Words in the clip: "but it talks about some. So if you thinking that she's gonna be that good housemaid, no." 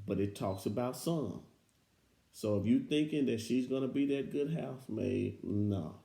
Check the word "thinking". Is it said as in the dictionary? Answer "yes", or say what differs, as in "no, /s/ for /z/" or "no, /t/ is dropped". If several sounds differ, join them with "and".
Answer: yes